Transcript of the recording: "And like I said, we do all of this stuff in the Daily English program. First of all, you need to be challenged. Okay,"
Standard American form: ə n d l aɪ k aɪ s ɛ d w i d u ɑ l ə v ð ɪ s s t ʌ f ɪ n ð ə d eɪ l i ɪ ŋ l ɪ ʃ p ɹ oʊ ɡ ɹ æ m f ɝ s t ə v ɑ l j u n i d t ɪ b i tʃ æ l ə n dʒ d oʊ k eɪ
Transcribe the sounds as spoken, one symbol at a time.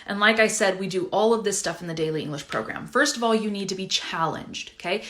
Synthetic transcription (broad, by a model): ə n l aɪ k aɪ s ɛ d w i d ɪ ɑ l ə v ð ɪ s s t ʌ f n ð ə d eɪ l i ɪ ŋ l ɪ ʃ p ɹ oʊ ɡ ɹ æ m f ɝ s t ə v ɑ l j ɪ n i d t ɪ b i tʃ æ l ə n dʒ d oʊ k eɪ